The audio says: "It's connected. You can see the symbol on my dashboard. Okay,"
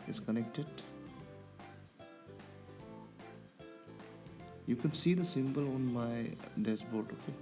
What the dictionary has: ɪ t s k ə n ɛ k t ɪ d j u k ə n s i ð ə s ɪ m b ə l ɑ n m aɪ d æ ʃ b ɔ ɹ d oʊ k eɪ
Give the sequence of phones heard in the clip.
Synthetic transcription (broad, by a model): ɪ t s k ə n ɛ k t ɪ d j u k ə n s i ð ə s ɪ m b ə l ɑ n m aɪ d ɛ s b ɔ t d oʊ k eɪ